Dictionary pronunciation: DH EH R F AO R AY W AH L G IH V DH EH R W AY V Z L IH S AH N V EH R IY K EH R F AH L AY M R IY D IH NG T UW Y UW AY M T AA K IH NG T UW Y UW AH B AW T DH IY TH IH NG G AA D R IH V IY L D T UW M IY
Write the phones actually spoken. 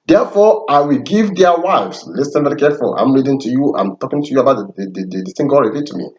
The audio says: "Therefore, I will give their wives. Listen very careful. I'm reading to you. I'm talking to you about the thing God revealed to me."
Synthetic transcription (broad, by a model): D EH F AO AY W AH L G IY V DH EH W AY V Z L IH S AH N V EH R IY K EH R F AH L AY M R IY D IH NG T UW Y UW AY M T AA K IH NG T UW Y UW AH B AW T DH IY S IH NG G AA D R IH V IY T UW M IY